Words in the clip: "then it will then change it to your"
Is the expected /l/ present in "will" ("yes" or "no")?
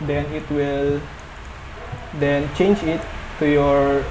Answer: yes